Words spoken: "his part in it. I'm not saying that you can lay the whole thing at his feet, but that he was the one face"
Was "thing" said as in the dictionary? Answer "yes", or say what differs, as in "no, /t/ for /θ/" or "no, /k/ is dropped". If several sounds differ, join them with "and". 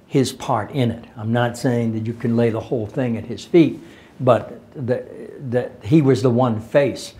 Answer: yes